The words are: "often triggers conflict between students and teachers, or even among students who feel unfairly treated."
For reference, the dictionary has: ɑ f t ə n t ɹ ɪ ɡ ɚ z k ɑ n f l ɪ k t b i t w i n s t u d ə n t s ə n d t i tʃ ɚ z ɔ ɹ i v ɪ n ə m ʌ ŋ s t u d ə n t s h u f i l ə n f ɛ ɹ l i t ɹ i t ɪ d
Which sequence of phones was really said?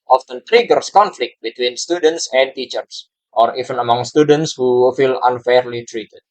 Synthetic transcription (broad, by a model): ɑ f t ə n t ɹ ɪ ɡ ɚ s k ɑ n f l ɪ k t b i t w i n s t u d ə n t s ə n t i tʃ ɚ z ɔ ɹ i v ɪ n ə m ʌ ŋ s t u d ə n t s h u f i l ə n f ɛ ɹ l i t ɹ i t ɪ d